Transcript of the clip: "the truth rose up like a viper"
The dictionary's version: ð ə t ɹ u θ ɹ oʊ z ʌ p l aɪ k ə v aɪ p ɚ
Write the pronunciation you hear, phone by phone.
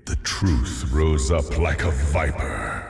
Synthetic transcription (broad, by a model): ð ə t ɹ u θ ɹ oʊ z ʌ p l aɪ k ə v aɪ p ɚ